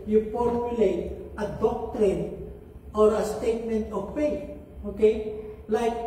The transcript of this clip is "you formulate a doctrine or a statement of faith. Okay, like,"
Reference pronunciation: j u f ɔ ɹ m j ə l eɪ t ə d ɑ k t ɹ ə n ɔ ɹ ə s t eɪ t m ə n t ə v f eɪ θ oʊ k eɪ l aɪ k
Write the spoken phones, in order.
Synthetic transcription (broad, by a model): j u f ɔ ɹ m j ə l eɪ t ə d ɑ k t ɹ ə n ɔ ɹ ə s t eɪ t m ə n t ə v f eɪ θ oʊ k eɪ l aɪ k